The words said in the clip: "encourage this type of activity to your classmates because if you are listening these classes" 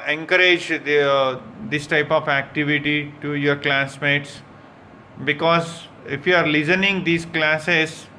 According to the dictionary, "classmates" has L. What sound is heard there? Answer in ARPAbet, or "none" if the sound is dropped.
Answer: L